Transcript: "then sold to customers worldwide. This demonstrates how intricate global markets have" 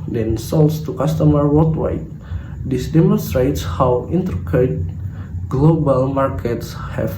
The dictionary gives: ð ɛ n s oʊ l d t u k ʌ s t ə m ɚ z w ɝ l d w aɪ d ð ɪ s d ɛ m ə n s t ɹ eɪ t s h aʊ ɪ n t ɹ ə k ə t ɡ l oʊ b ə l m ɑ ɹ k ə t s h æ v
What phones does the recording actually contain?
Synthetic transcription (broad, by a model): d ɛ n s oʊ l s t u k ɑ s t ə m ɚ w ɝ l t w aɪ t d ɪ s d ɛ m ə n s t ɹ eɪ t s h aʊ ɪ n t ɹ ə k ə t ɡ l oʊ b ə l m ɑ ɹ k ə t s h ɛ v